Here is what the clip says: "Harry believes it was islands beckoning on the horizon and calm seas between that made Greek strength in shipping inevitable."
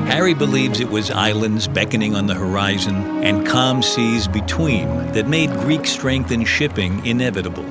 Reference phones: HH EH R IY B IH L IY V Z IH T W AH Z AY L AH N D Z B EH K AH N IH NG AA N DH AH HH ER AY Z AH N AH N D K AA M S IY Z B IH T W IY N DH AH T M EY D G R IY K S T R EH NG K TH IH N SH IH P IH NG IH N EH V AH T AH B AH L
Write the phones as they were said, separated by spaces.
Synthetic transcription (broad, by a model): HH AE R IY B IH L IY V Z IH T W AH Z AY L AH N D Z B EH K AH N IH NG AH N DH AH HH ER AY Z AH N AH N K AA M S IY Z B IH T W IY N DH AH T M EY D G R IY K S T R EH NG K TH IH N SH IH P IH NG IH N EH V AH T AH B L